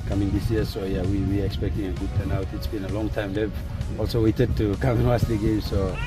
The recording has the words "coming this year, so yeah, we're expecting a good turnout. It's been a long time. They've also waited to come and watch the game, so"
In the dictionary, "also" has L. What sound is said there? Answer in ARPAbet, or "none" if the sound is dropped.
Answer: L